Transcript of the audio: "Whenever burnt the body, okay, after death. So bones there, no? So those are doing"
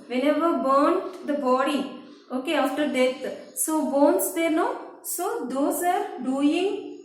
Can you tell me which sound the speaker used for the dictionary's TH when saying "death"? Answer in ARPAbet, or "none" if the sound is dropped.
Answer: T